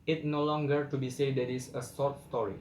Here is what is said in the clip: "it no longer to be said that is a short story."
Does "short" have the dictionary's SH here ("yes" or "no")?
no